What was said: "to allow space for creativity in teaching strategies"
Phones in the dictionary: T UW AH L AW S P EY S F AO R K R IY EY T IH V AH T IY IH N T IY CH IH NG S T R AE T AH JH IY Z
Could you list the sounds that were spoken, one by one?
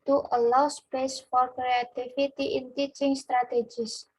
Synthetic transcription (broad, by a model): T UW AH L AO S P EY S F AO R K R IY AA T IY F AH T IY IH N T IY CH IH NG S T R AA T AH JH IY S